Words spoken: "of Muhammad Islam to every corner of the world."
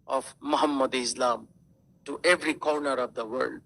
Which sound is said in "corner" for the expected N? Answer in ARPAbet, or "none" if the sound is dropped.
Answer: N